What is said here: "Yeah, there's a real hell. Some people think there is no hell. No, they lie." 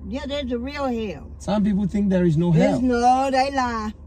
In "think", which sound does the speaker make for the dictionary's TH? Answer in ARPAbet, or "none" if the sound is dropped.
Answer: TH